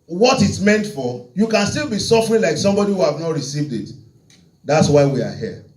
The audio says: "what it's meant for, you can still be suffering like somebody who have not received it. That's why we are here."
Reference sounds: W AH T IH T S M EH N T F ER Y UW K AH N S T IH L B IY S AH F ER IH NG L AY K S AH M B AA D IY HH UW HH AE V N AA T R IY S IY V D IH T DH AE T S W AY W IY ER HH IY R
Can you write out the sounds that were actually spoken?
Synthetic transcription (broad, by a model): W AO T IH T M EH N T F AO Y UW K AH N S T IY L B IY S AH F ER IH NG L AY K S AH M B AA D IY HH UW HH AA V N AA T R IY S IY V D IH T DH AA T S W AY W IY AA HH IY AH